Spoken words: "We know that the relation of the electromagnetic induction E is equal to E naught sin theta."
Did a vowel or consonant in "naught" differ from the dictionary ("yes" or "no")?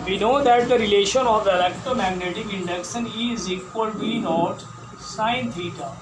no